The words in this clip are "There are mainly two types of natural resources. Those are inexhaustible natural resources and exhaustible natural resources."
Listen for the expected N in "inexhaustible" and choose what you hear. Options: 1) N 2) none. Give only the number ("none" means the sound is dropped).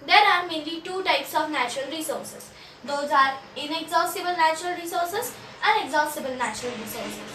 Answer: 1